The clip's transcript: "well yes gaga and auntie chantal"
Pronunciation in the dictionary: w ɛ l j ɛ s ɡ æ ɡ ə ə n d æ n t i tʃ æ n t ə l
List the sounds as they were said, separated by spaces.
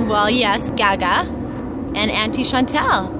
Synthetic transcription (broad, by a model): w ɛ l j ɛ s ɡ æ ɡ ə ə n æ n t i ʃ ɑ n t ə l